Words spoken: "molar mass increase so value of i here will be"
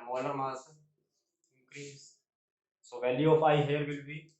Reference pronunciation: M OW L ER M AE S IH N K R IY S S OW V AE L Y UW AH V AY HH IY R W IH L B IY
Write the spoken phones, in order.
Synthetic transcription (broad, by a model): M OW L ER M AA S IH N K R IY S S OW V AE L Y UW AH P AY HH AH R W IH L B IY